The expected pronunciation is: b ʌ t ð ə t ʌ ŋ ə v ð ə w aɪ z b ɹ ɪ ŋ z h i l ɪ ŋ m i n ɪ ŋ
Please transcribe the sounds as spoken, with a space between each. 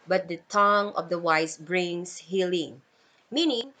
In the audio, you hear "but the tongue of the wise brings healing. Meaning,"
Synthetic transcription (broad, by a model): b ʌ t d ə t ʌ ŋ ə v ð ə w aɪ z b ɹ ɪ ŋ s h i l ɪ ŋ m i n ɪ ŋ